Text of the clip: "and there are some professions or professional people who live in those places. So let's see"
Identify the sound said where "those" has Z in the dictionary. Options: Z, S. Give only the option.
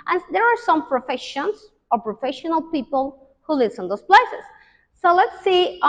S